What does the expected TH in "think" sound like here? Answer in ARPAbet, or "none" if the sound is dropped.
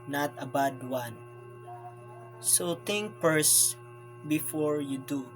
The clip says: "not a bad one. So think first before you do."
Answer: T